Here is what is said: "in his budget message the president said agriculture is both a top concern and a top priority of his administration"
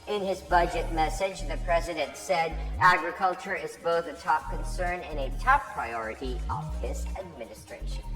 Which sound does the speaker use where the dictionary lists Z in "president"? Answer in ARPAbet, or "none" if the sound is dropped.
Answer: Z